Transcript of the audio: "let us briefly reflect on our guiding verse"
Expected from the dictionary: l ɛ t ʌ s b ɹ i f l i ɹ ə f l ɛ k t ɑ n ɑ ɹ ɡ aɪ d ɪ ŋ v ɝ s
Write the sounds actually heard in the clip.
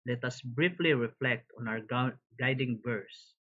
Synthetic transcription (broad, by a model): l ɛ t ʌ s b ɹ i f l i ɹ ə f l ɛ k t ɑ n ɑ w ɡ aɪ d ɪ ŋ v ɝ s